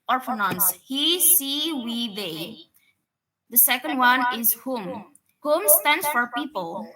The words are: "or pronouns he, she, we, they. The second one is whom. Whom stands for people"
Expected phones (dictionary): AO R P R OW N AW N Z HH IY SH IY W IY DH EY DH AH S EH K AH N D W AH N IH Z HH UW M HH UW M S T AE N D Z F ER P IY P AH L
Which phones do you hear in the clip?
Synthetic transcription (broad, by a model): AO R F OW N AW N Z HH IY S IY W IY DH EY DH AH S EH K AH N D W AH N IH Z HH UW M HH UW M S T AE N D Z F ER P IY P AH L